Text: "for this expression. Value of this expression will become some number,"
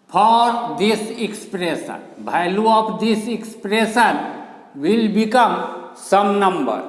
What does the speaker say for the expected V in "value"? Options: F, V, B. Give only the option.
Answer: B